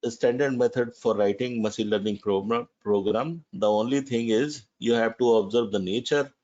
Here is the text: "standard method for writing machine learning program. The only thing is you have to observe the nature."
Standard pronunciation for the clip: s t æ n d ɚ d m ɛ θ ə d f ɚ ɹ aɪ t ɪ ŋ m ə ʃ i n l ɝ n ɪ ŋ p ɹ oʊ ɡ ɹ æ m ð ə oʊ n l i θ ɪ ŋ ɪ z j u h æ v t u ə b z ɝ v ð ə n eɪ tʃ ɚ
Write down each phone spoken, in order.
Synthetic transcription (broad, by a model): s t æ n d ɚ d m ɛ t ə d f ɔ ɹ aɪ t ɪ ŋ m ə s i l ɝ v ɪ ŋ p ɹ oʊ ɡ ɹ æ m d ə oʊ n l i t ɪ ŋ ɪ z j u h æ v t u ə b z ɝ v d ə n eɪ tʃ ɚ